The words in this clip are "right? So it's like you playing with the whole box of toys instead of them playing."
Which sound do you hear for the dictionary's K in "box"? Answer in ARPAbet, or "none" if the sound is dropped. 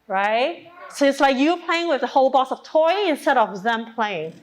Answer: none